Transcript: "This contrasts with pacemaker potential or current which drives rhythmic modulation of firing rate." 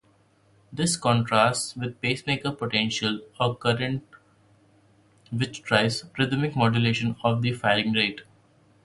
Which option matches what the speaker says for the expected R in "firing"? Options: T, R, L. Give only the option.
L